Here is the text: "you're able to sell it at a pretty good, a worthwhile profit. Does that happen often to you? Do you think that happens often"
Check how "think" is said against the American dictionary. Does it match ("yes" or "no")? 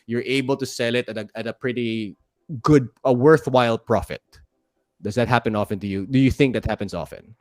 yes